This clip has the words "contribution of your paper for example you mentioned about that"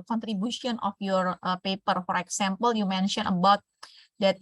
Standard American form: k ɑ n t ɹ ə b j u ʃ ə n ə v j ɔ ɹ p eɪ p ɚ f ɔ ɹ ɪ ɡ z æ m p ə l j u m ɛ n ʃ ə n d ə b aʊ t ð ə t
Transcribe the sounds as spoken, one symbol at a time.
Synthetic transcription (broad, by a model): k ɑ n t ɹ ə b j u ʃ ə n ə f j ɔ ɹ p eɪ p ɚ f ɔ ɹ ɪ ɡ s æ m p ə l j u m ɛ n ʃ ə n ə b aʊ t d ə t